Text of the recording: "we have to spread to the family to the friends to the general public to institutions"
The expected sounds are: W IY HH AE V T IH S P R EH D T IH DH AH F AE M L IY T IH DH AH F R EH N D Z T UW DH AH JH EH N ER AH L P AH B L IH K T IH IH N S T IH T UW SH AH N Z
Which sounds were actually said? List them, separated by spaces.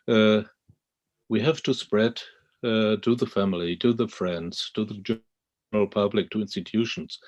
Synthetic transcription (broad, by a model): W IY HH AE V T IH S P R EH D T IH DH AH F AE M L IY T IH DH AH F R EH N D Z T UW DH AH JH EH ER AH L P AH B L IH K T IH IH N S T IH T UW SH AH N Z